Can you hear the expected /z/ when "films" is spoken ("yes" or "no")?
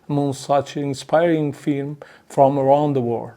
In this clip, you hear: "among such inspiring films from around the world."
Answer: no